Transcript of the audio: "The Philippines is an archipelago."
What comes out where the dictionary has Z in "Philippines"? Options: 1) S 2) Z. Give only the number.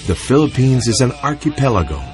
2